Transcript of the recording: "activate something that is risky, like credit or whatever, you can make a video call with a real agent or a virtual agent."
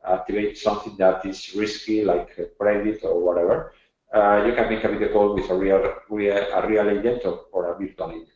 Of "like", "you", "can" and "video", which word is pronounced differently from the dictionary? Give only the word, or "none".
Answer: video